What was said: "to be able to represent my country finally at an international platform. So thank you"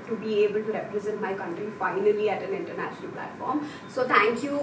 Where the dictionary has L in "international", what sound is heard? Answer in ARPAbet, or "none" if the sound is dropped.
L